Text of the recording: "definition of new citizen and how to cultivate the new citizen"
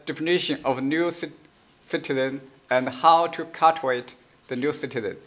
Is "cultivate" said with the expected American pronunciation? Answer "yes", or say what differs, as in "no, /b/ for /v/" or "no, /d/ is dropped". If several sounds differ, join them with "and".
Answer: no, /l/ is dropped and /v/ is dropped